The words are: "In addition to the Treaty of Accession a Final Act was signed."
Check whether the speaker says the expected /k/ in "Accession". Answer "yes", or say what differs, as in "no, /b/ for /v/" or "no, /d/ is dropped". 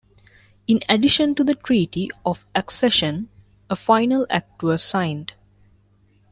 yes